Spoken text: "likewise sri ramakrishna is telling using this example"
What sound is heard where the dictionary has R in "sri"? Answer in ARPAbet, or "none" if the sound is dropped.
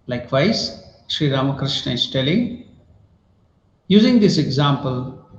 R